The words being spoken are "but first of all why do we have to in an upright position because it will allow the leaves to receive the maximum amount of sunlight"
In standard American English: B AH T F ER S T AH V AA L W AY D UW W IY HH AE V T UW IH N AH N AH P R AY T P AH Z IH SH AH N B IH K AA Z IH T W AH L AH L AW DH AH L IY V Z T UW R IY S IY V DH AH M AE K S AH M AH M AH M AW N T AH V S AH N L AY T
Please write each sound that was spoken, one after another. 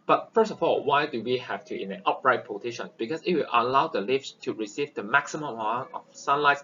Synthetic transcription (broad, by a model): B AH T F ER S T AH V AA L W AY D UW W IY HH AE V T UW IH N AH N AH P R AY T P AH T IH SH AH N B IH K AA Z IH T W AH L AH L AW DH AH L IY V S T UW R IY S IY V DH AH M AE K S AH M AH M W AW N AH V S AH N L AY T